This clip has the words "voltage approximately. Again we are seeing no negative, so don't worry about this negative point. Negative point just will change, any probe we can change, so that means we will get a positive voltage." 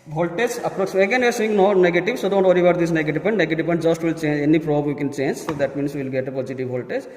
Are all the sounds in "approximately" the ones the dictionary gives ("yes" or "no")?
no